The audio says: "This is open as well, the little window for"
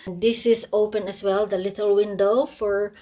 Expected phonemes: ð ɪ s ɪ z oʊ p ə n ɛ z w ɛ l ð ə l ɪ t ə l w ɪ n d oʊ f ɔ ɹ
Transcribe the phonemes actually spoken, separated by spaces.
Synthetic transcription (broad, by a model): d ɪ s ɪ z oʊ p ə n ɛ s w ɛ l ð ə l ɪ t ə l w ɪ n d oʊ f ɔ ɹ